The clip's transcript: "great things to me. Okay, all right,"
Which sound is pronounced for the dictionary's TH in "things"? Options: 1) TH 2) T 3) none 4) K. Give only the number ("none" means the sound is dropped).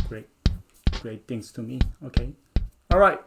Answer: 2